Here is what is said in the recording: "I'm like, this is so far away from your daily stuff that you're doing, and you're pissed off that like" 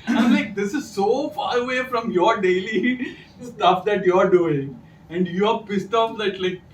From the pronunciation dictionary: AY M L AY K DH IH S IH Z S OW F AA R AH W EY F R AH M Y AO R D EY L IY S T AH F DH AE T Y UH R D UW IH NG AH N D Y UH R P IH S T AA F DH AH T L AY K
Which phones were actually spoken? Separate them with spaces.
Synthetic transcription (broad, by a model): AY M L AY K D IH S IH Z S OW F AA R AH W EY F R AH M Y AO R D EY L IY S T AH F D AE T Y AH R D UW IH NG AH N D Y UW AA P IH S T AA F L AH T L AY K